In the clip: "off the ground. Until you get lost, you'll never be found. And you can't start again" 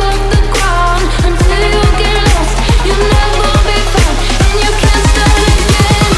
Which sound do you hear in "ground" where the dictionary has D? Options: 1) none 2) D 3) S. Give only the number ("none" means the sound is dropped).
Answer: 1